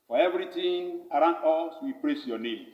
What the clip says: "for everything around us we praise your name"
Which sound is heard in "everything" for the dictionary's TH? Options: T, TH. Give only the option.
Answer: T